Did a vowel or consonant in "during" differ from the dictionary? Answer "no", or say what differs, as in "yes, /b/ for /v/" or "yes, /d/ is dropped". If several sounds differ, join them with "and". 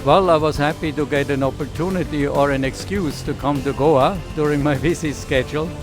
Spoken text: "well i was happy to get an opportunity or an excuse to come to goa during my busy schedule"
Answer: no